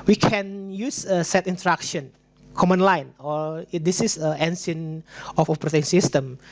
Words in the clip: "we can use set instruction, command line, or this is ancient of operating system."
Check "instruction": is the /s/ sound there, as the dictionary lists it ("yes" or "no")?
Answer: no